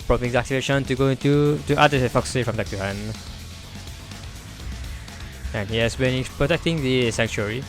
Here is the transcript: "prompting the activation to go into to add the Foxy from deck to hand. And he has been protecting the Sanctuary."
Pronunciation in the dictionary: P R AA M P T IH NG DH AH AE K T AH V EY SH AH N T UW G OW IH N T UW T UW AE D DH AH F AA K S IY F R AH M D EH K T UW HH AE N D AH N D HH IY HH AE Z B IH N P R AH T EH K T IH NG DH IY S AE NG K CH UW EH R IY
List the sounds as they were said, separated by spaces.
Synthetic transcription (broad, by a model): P R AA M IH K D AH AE K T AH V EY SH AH N T UW G OW IH N T UW T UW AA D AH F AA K S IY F R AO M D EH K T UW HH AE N AH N HH IY HH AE S B IH N P R AH T EH K T IH NG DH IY S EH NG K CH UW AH R IY